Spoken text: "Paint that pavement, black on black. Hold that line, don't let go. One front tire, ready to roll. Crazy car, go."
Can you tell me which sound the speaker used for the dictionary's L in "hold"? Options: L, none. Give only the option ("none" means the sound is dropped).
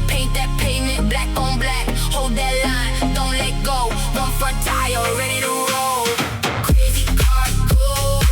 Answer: L